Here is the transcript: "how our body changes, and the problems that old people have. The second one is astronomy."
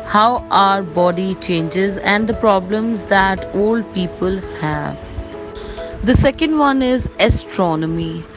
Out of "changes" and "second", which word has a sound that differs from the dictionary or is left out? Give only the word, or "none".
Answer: none